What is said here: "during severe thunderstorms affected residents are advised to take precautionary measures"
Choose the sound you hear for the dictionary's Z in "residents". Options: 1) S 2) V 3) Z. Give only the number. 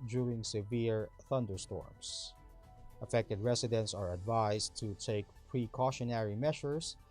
1